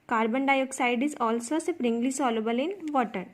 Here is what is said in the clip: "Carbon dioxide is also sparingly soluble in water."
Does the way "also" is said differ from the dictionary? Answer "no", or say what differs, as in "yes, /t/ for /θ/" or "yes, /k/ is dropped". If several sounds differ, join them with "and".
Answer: no